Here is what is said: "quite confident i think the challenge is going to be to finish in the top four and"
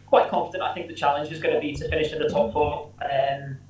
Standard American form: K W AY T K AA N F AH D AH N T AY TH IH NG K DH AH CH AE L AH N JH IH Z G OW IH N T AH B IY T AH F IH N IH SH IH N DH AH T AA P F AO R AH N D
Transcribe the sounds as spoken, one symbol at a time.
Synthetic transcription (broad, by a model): K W AY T K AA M F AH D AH N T AY TH IH NG K DH AH CH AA L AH N JH IH Z G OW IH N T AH B IY T AH F IH N IH SH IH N DH AH T AA P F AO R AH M